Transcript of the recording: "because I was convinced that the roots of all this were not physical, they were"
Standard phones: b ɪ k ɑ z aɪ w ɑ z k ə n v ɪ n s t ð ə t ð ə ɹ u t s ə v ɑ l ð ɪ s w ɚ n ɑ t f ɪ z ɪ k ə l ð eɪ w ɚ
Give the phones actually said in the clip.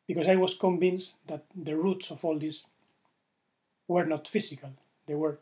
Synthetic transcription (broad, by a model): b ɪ k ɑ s aɪ w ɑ s k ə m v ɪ n s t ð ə t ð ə ɹ u t s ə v ɑ l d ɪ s w ɚ n ɑ t f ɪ s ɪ k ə l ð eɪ w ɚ